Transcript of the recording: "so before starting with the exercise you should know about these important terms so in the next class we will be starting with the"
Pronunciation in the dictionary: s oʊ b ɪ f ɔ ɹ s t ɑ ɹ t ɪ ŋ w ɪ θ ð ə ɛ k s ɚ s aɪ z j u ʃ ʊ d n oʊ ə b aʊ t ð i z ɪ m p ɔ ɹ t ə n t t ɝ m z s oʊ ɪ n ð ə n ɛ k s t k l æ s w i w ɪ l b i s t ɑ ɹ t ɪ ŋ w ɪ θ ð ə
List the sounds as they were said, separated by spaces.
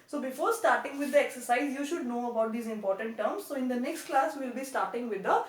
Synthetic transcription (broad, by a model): s oʊ b ɪ f ɔ ɹ s t ɑ ɹ t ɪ ŋ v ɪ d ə ɛ k s ɚ s aɪ z j u ʃ ʊ d n oʊ ə b aʊ t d i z ɪ m p ɔ ɹ t ə n t t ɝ m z s oʊ ɪ n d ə n ɛ k s t k l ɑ s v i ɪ l b i s t ɑ ɹ t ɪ ŋ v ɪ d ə